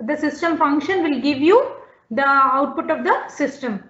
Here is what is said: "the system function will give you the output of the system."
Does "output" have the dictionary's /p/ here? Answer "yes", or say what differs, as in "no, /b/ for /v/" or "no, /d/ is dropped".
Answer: yes